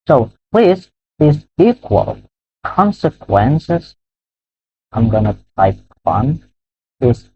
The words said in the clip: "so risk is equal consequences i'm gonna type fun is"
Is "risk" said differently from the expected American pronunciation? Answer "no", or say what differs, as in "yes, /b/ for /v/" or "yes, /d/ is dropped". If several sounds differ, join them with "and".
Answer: yes, /l/ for /ɹ/ and /k/ is dropped